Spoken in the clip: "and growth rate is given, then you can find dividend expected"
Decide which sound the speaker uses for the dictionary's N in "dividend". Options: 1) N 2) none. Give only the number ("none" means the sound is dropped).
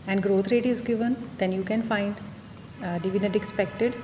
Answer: 2